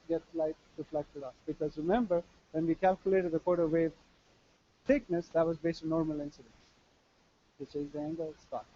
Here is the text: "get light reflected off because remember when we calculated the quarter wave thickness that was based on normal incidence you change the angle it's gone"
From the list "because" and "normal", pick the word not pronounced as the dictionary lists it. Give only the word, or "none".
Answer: none